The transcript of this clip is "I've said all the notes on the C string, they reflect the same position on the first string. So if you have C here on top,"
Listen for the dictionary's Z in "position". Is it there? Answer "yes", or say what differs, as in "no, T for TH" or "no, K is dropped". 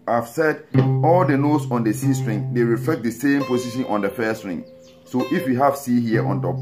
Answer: no, S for Z